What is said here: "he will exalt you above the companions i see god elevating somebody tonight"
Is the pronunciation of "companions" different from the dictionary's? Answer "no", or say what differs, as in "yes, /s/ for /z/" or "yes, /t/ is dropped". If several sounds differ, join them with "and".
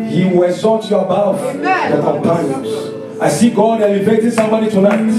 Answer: yes, /z/ is dropped